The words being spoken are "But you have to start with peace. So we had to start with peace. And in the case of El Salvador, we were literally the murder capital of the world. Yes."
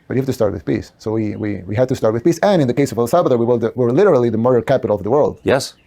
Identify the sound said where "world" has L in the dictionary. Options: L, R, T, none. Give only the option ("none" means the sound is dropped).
L